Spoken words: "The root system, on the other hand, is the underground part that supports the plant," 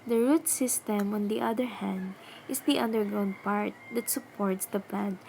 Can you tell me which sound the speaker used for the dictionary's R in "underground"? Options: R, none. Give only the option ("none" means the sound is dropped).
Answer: none